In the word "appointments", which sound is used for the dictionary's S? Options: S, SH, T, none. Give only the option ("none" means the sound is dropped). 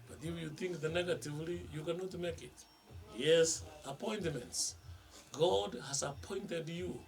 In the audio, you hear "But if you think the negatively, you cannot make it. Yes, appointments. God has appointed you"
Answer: S